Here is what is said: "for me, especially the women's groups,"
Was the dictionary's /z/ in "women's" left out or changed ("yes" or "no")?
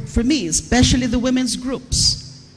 no